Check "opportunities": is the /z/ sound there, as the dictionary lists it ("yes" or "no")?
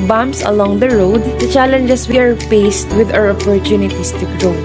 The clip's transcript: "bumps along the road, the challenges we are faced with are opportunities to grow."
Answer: no